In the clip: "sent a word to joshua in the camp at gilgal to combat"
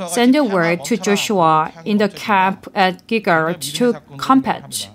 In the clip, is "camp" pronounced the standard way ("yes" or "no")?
yes